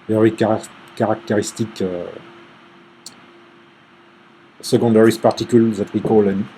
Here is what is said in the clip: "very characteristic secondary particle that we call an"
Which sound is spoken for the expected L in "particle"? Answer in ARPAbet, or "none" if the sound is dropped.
L